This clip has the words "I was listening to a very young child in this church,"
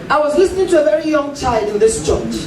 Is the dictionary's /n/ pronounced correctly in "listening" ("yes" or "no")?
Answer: yes